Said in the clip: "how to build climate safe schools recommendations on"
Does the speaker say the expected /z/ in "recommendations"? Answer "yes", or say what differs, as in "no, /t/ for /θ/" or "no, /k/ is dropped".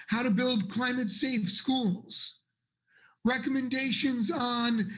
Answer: yes